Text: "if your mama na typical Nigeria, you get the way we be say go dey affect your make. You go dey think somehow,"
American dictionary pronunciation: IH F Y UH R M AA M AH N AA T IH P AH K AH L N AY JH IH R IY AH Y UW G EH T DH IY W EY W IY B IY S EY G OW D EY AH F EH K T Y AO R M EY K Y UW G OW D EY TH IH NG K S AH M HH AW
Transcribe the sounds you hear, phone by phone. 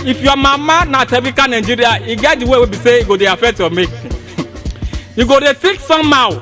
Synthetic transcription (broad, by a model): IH F Y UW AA M AA M AH N AA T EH B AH K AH N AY JH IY R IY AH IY G EH T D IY W EY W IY B IY S EY G OW D EY AH F EH K T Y AO M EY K Y UW G OW D EY T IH K S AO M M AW